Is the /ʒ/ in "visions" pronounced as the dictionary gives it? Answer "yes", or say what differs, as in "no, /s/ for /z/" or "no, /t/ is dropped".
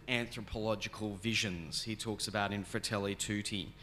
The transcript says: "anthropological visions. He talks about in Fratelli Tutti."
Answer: yes